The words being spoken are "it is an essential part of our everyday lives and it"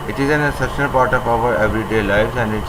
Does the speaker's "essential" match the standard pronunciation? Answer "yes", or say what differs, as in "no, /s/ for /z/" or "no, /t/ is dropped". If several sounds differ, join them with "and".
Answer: no, /n/ is dropped